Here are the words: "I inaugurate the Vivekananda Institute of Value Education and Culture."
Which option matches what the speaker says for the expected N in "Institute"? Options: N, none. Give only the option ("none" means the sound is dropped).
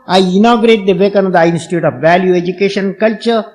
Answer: N